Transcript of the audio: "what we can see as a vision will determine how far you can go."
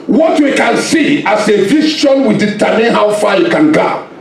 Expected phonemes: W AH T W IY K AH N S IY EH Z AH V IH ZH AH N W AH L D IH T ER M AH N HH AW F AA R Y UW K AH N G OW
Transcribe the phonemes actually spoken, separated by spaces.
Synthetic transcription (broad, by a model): W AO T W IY K AH N S IY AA S AH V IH SH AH N W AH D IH T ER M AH N HH AW F AA Y UW K AH N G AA